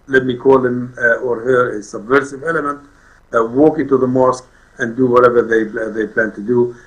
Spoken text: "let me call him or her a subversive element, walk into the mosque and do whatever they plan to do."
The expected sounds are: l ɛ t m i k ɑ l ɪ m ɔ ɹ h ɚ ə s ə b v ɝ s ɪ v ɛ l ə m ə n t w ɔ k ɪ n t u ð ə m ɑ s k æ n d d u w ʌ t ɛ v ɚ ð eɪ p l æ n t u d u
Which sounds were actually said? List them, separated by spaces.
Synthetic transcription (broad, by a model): l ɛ t m i k ɑ l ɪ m ɔ ɹ h ɚ ə s ə b v ɝ s ɪ v ɛ l ə m ə n t w ɔ k ɪ n t u ð ə m ɑ s k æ n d d u w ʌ t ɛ v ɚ ð eɪ p l æ n t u d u